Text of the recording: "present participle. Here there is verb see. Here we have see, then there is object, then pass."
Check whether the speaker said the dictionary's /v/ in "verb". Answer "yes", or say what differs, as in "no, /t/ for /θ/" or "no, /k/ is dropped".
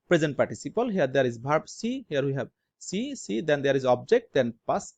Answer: no, /b/ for /v/